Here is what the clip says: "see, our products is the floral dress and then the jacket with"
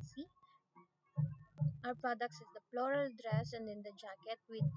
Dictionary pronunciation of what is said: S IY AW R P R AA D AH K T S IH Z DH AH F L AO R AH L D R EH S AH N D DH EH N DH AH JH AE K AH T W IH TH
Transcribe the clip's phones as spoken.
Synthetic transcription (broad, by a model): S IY AW R P R AA D AH K T S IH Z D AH P L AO R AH L D R EH S AH N D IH N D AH JH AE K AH T W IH